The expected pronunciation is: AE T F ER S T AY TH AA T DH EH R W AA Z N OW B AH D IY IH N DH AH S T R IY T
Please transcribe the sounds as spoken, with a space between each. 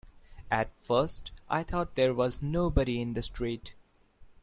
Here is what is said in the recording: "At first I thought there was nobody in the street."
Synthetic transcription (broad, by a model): AE T F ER S T AY T AA T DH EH R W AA Z N OW B AH D IY IH N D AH S T R IY T